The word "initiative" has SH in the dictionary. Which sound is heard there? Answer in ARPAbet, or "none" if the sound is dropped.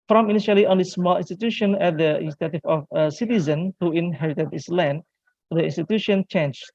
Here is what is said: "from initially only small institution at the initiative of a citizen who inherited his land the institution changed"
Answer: S